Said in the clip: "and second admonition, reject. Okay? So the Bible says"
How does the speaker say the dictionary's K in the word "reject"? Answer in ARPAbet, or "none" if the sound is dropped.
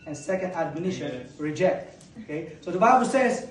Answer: K